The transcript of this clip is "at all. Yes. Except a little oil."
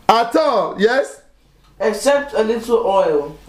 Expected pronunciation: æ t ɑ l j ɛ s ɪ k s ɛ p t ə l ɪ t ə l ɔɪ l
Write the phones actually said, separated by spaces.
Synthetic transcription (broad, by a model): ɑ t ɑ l j ɛ s ɪ k s ɛ p t ə l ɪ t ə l ɔɪ l